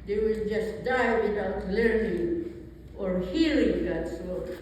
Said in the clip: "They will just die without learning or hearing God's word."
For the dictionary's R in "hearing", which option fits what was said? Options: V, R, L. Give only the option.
L